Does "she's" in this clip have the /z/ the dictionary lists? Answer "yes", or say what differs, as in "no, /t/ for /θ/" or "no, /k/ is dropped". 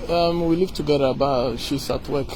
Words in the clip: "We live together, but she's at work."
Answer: no, /s/ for /z/